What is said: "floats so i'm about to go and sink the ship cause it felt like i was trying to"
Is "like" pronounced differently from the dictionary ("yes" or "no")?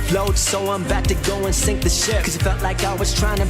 no